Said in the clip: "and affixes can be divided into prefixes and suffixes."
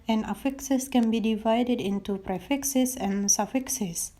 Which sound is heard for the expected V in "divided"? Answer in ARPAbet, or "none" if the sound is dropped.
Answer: V